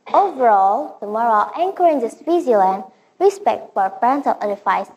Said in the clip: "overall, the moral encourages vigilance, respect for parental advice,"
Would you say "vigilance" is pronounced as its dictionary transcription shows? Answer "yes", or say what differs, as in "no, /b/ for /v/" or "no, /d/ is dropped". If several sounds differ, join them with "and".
no, /z/ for /dʒ/ and /s/ is dropped